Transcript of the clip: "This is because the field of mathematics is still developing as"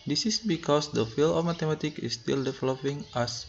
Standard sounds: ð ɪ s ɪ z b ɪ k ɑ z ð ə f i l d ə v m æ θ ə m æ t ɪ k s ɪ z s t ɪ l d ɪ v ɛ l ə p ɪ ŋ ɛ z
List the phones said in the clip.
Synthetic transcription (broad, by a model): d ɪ s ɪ s b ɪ k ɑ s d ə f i l ə f m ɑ t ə m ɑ t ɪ k ɪ s t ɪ l d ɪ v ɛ l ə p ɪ ŋ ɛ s